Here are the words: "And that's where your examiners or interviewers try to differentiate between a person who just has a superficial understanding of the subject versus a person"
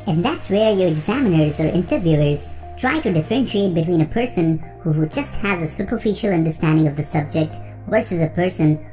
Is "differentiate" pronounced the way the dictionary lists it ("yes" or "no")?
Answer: yes